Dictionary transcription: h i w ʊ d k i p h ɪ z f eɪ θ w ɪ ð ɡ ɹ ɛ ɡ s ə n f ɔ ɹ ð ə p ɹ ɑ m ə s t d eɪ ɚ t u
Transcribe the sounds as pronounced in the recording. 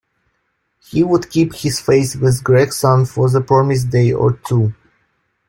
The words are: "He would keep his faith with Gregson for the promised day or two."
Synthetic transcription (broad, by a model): h i w ʊ d k i p h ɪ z f eɪ s w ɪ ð ɡ ɹ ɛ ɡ s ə n f ɔ ɹ ð ə p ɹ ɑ m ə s d eɪ ɚ t u